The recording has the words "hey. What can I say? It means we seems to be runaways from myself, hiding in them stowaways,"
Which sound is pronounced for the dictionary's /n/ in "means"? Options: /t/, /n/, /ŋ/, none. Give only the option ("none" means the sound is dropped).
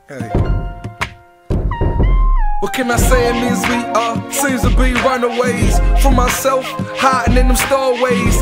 none